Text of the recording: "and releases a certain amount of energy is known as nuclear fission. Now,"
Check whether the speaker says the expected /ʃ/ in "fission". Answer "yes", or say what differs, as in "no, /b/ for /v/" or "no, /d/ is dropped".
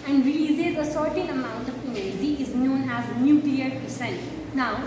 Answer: no, /s/ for /ʃ/